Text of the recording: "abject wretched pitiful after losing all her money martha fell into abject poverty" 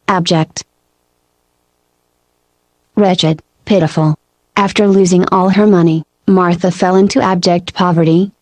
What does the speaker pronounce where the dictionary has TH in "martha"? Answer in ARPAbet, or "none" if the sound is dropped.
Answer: TH